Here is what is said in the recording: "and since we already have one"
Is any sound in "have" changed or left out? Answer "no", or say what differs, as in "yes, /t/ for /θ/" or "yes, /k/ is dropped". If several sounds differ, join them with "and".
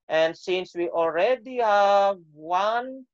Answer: no